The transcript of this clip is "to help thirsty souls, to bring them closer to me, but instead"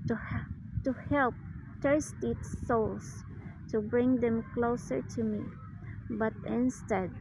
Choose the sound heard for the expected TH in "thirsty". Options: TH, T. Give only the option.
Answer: T